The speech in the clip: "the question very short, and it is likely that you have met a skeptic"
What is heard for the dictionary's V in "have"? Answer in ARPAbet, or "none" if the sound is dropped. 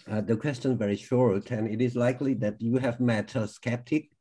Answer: V